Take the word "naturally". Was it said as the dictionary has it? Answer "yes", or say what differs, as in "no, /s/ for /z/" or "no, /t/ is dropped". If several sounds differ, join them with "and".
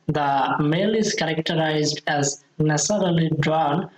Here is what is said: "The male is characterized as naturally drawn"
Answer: no, /s/ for /tʃ/